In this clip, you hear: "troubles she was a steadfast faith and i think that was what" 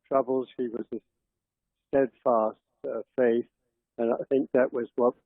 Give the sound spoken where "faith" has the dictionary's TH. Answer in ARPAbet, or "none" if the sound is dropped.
TH